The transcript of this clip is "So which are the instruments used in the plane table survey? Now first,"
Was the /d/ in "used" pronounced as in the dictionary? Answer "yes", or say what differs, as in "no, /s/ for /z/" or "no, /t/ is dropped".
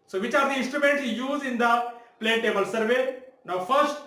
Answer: no, /d/ is dropped